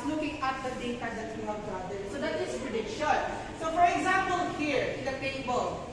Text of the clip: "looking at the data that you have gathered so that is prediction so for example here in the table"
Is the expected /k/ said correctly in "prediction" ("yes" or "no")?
no